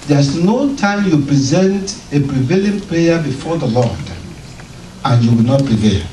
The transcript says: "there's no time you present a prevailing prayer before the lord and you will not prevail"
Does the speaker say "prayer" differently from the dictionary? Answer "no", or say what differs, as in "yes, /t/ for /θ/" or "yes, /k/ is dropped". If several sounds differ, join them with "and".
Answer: yes, /l/ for /ɹ/